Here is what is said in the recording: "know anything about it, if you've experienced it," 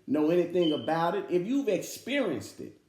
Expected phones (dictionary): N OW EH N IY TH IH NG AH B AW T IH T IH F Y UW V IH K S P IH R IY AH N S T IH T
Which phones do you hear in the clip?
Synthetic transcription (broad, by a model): N OW EH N IY TH IH NG AH B AW T IH T IH F Y UW V IH K S P IH R IY AH N S T IH T